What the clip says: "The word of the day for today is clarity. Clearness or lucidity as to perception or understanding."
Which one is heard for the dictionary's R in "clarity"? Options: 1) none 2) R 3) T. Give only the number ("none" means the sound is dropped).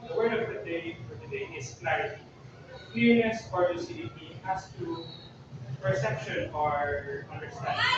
1